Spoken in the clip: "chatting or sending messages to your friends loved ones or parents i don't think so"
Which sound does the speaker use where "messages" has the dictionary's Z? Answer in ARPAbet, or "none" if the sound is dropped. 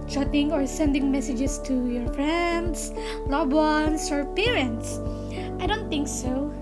S